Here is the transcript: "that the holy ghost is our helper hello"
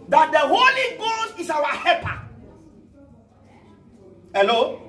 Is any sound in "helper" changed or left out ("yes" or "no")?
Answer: yes